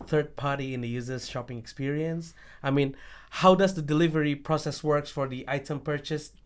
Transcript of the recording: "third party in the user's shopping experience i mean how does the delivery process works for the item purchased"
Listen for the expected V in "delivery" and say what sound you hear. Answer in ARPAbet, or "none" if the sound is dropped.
V